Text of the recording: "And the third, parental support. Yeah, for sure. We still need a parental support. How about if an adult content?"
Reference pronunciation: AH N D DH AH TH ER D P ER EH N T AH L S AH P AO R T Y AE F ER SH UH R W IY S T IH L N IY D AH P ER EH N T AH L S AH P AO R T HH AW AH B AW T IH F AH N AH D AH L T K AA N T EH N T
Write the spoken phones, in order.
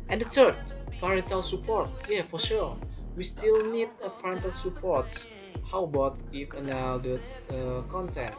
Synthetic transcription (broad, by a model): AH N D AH T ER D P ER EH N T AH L S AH P AO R T Y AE F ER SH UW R W IY S T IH L N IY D AH P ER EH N T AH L S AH P AO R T HH AW AH B AW T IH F AH N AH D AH T K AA N T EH N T